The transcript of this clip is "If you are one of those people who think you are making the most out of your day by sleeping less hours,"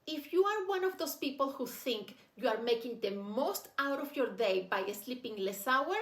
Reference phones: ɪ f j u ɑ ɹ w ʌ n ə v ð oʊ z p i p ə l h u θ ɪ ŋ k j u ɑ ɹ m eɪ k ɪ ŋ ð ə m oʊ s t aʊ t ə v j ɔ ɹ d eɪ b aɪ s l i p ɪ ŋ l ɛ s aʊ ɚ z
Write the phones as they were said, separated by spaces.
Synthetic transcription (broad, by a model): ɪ f j u ɑ ɹ w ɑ n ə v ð oʊ s p i p ə l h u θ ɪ ŋ k j u ɑ ɹ m eɪ k ɪ ŋ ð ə m oʊ s t aʊ t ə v j ɔ ɹ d eɪ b aɪ s l i p ɪ ŋ l ɛ s aʊ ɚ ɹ